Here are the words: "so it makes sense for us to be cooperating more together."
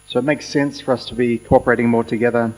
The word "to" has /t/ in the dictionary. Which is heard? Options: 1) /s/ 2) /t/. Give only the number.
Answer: 2